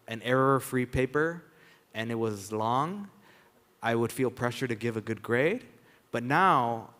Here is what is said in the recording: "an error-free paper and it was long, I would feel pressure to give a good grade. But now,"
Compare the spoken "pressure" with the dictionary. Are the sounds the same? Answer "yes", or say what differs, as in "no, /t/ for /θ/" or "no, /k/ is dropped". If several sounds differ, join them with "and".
yes